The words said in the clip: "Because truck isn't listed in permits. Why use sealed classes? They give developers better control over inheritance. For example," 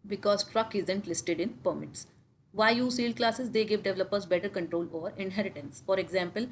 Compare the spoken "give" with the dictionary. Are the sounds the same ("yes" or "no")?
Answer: yes